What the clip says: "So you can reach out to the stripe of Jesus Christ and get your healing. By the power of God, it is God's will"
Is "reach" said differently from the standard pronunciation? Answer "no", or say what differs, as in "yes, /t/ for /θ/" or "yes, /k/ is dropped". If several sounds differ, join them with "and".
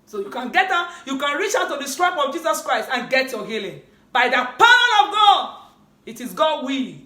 no